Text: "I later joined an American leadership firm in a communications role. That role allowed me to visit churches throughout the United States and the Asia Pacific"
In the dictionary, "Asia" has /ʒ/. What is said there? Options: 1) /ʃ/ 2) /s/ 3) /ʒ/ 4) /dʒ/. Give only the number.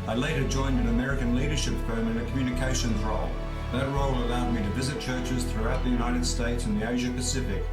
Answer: 3